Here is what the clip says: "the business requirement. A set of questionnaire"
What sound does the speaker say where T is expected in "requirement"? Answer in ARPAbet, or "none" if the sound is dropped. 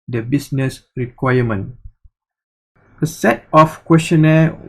none